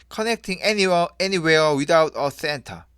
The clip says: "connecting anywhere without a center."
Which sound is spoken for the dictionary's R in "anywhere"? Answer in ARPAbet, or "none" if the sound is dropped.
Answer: W